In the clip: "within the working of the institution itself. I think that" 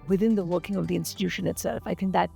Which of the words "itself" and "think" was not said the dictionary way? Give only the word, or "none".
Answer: none